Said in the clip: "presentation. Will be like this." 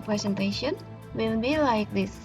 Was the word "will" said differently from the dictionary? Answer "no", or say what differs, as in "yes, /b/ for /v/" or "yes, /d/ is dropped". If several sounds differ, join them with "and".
yes, /n/ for /l/